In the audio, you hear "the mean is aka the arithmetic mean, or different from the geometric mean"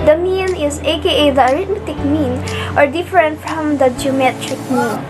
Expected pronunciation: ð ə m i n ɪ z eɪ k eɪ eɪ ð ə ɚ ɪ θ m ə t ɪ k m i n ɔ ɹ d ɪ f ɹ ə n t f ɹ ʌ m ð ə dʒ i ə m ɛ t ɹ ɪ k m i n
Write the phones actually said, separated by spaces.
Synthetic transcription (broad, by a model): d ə m i n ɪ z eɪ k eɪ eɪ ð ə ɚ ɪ t m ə t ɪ k m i n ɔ ɹ d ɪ f ɹ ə n t f ɹ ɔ m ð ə dʒ i ə m ɛ t ɹ ɪ k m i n